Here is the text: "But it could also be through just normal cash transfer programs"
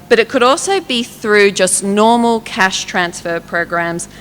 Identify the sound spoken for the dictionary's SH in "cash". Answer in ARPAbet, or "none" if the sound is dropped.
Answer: SH